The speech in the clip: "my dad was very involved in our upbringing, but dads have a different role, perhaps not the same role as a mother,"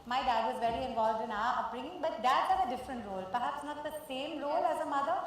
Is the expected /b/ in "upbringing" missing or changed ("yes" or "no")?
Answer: yes